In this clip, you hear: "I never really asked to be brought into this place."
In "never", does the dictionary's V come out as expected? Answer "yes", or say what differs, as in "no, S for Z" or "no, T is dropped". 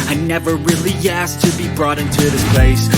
yes